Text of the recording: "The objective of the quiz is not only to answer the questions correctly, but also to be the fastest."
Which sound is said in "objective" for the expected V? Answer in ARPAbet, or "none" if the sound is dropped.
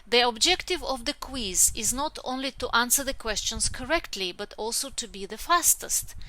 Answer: V